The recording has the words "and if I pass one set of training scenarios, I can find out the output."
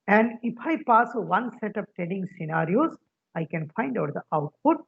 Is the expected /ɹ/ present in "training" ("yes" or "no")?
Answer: no